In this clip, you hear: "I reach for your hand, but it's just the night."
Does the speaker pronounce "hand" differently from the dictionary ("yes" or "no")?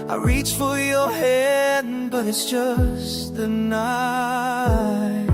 yes